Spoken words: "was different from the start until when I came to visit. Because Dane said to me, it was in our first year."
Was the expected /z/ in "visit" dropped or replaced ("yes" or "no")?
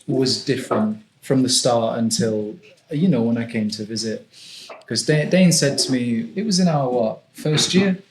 no